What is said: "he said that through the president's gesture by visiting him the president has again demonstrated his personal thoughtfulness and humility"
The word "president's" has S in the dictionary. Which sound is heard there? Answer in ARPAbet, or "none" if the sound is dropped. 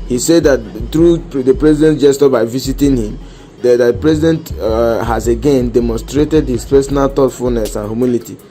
none